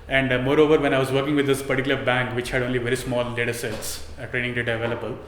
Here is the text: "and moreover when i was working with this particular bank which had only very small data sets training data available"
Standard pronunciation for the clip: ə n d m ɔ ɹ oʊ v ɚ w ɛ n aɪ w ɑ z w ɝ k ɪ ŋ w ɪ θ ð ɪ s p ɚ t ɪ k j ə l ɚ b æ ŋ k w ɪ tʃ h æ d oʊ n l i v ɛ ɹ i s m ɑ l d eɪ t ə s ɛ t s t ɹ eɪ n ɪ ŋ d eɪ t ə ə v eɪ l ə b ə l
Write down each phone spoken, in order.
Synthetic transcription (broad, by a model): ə n d m ɔ ɹ oʊ v ɚ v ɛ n aɪ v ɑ z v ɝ k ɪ ŋ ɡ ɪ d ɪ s p ɚ t ɪ k j ə l ɚ b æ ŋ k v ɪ tʃ h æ d oʊ n l i v ɛ ɹ i s m ɑ l d eɪ t ə s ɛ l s t ɹ eɪ n ɪ ŋ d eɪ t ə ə v eɪ l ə b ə l